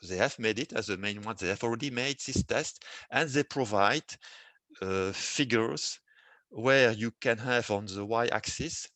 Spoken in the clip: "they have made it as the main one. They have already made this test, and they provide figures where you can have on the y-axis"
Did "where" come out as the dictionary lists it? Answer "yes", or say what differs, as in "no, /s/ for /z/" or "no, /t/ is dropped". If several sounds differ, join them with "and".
yes